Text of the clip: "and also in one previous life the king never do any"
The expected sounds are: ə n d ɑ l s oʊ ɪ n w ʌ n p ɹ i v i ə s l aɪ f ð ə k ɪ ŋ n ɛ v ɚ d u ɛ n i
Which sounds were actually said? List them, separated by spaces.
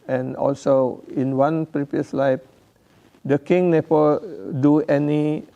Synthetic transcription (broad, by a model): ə n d ɑ l s oʊ ɪ n w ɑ n p ɹ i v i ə s l aɪ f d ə k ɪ ŋ n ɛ p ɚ d u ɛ n i